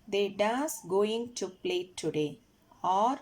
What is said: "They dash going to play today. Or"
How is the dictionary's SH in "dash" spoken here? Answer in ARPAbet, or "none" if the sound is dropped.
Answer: S